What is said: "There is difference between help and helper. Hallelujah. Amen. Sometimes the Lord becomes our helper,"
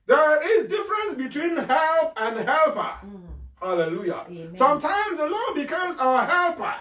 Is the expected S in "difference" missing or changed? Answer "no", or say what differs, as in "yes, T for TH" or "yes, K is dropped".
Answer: no